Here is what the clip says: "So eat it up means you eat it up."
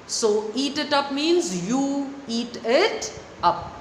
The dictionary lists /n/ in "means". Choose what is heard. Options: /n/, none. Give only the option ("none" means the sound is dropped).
/n/